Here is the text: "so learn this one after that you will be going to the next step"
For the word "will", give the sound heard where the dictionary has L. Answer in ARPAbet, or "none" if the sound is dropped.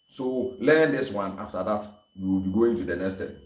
L